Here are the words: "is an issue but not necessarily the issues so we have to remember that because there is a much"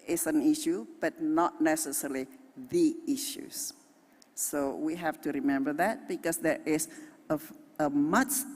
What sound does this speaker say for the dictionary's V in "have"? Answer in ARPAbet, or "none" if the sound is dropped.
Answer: F